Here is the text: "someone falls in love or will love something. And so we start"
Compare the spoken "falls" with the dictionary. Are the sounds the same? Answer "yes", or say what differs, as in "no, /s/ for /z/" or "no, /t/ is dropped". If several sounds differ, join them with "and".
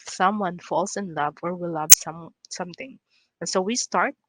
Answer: no, /s/ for /z/